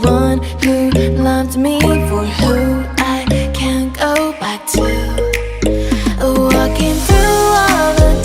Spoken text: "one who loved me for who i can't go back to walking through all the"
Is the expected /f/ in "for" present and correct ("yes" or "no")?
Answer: yes